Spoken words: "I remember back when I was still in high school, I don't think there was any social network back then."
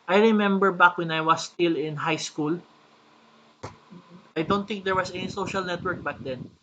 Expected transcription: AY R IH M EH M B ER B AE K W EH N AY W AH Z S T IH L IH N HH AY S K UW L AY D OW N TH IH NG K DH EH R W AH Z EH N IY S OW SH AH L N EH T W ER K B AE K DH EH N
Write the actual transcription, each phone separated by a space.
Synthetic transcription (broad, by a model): AY R IH M EH M B ER B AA K W EH N AY W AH S T IH L IH N HH AY S K UW L AY D OW N T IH NG K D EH R W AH S EH N IY S OW SH AH L N EH T W ER K B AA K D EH N